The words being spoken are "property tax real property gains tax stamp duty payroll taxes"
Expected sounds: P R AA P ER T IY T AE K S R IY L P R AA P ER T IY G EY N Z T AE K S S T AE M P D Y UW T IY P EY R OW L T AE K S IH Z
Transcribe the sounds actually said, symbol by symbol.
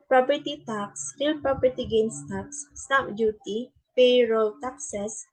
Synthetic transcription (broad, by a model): P R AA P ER T IY T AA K S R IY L P R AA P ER T IY G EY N S T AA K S S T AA P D Y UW T IY P EY R OW L T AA K S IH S